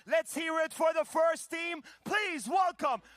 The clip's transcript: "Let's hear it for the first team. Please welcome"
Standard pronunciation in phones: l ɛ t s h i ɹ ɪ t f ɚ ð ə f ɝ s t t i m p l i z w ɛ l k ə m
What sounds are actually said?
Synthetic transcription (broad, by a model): l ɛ t s h i ɹ ɪ t f ɚ ð ə f ɝ s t t i m p l i z w ɛ l k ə m